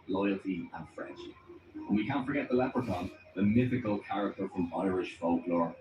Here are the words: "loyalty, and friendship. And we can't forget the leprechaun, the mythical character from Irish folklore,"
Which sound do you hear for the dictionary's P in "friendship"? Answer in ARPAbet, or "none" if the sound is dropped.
none